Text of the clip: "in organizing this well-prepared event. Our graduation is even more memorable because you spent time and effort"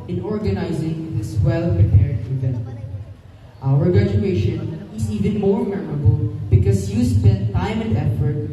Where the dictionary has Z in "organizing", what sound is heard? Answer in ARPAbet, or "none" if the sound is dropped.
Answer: Z